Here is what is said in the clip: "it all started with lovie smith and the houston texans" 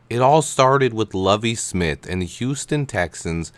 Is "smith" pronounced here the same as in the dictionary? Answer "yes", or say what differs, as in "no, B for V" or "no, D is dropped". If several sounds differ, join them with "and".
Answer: yes